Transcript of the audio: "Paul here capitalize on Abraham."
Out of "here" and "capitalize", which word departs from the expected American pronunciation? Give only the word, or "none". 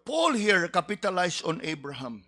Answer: capitalize